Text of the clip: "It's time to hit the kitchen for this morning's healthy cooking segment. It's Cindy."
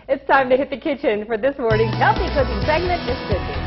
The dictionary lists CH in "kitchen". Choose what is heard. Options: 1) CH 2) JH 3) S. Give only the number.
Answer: 1